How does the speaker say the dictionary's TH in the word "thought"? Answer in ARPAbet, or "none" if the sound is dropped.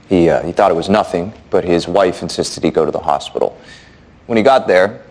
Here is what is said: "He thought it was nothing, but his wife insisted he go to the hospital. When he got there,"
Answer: TH